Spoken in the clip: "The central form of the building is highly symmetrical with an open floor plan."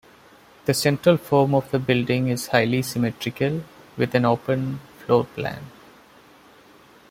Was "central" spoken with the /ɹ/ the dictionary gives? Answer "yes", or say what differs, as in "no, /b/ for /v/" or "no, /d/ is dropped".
yes